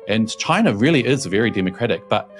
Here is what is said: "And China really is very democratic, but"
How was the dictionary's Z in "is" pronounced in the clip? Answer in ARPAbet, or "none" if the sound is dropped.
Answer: Z